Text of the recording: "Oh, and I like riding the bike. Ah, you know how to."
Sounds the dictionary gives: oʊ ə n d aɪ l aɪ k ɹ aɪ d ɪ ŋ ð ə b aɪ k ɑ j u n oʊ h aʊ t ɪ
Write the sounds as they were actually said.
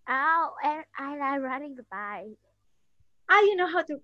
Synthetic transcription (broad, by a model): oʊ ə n aɪ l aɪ ɹ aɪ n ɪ ŋ ð ə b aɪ ɑ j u n oʊ h aʊ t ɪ